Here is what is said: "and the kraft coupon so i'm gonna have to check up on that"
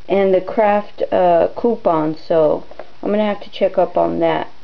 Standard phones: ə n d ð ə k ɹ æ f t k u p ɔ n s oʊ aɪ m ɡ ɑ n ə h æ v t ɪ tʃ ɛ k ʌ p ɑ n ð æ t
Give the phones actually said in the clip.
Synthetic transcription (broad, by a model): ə n ð ə k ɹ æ f t k u p ɔ n s oʊ aɪ m ɡ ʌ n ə h æ f t ɪ tʃ ɛ k ʌ p n ð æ t